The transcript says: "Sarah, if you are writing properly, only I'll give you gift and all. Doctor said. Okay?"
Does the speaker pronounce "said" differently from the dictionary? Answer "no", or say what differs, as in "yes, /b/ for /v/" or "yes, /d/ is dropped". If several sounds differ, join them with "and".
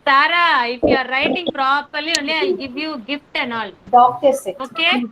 yes, /d/ is dropped